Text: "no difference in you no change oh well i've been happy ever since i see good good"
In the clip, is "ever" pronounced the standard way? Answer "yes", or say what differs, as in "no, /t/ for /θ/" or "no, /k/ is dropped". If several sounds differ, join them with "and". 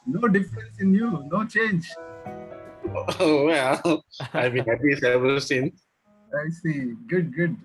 no, /b/ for /v/